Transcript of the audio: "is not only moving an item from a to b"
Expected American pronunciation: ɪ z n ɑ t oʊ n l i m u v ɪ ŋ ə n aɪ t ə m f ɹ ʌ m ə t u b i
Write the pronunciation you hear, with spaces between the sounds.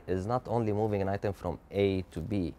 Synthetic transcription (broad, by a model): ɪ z n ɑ t oʊ n l i m u v ɪ ŋ ə n aɪ t ə m f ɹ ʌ m ə t u b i